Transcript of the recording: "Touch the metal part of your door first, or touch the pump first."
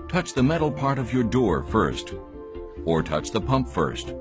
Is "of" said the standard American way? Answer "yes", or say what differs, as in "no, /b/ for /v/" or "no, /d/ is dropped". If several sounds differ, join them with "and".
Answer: yes